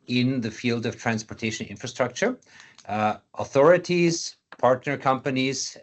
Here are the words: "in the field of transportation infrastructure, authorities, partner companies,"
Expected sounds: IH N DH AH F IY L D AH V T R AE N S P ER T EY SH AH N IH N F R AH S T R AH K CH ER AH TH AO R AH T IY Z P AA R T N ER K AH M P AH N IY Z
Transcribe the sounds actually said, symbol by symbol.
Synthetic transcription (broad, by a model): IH N DH AH F IY L D AH V T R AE N S P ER T EY SH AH N IH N F R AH S T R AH K CH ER AH TH AO R AH T IY Z P AA R T N ER K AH M P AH N IY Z